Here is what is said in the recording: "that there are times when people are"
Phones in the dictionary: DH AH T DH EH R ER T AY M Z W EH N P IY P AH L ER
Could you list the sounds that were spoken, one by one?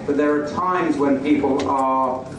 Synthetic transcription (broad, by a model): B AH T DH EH R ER T AY M Z W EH N P IY P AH L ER